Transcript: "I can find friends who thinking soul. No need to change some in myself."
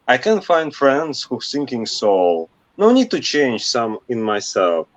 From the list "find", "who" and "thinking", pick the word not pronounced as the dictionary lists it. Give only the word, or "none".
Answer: thinking